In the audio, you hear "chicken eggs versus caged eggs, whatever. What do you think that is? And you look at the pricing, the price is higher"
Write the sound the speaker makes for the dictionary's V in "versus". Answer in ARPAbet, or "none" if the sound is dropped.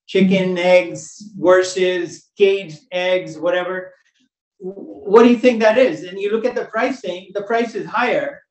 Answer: W